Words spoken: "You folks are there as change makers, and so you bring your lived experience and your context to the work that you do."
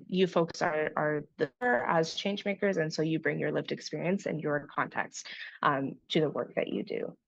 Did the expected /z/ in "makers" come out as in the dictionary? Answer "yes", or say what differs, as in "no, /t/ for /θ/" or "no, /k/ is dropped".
yes